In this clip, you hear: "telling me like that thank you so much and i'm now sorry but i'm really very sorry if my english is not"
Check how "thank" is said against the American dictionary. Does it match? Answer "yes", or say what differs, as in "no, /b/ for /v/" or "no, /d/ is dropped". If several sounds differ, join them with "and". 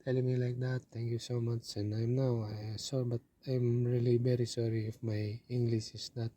no, /t/ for /θ/